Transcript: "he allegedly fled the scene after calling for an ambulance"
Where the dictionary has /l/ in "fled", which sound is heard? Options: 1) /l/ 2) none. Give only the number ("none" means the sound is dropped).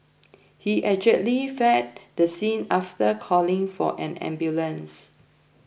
2